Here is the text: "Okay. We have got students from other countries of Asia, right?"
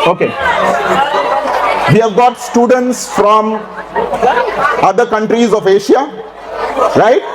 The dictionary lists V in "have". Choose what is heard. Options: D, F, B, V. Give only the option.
V